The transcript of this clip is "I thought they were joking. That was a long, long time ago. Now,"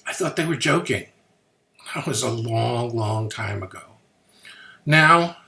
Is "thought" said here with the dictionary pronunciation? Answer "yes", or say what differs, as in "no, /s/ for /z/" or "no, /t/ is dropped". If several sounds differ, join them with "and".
yes